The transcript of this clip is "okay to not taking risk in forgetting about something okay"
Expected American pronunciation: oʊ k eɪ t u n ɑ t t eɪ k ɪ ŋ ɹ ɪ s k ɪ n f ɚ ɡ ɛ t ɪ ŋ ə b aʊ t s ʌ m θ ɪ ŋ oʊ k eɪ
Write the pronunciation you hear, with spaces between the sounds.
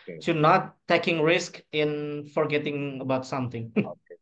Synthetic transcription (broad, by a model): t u n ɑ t t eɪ k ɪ ŋ ɹ ɪ s k ɪ n f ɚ ɡ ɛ t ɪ ŋ ə b aʊ t s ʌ m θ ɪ ŋ